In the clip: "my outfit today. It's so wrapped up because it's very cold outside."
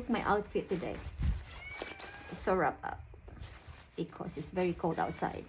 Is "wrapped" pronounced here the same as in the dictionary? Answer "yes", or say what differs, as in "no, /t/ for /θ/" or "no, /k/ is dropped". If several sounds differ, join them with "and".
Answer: no, /t/ is dropped